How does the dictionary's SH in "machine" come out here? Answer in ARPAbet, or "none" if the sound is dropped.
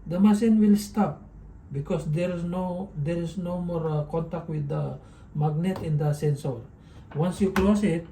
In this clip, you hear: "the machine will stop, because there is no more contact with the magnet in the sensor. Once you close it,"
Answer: S